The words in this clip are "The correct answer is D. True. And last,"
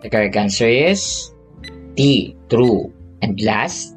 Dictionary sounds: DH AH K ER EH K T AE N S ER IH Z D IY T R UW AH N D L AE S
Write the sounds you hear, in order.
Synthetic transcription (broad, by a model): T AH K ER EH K AA N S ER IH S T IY T R UW AH N D L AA S